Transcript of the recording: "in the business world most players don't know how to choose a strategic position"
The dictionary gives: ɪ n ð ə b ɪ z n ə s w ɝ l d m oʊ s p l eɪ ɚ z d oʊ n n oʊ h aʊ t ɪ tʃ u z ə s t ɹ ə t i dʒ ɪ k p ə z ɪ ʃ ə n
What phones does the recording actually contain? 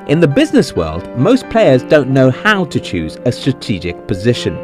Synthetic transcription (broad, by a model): ɪ n ð ə b ɪ z n ə s w ɝ l d m oʊ s p l eɪ ɚ z d oʊ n n oʊ h aʊ t ɪ tʃ u z ə s t ɹ ə t i dʒ ɪ k p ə z ɪ ʃ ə n